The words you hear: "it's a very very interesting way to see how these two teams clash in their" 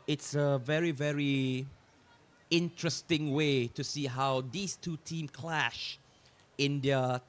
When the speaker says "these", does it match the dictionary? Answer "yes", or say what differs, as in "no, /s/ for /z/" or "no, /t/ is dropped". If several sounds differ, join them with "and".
no, /s/ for /z/